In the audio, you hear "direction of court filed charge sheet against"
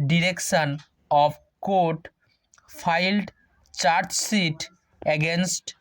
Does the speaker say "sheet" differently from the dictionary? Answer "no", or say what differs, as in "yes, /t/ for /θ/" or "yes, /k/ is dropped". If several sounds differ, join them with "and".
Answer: yes, /s/ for /ʃ/